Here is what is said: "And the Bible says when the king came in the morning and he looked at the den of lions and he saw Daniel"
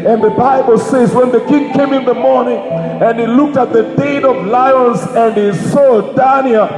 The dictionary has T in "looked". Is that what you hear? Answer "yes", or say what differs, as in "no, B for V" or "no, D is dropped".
yes